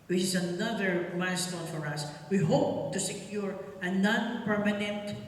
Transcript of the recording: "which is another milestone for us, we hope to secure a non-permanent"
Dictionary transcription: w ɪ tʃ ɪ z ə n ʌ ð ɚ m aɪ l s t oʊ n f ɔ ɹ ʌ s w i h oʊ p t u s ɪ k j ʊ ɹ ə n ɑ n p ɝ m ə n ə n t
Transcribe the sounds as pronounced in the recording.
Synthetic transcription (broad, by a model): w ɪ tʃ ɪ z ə n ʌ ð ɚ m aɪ s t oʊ l f ɔ ɹ ʌ s w i h oʊ p t u s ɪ k j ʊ ɹ ə n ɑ n p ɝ m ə n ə n t